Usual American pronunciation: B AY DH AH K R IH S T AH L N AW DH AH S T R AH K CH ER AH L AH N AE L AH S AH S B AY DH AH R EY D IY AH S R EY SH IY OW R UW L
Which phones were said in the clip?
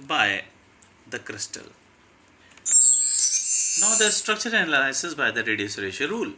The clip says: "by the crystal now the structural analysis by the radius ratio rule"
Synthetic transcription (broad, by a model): B AY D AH K R IH S T AH L N AW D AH S T R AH K CH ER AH N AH L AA AH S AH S B AY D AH R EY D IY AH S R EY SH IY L R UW L